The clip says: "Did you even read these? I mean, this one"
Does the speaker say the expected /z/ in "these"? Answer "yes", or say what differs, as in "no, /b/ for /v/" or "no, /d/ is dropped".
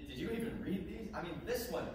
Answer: yes